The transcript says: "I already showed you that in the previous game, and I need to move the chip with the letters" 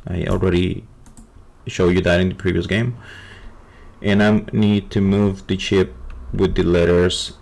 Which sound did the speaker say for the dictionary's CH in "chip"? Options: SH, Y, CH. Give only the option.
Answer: CH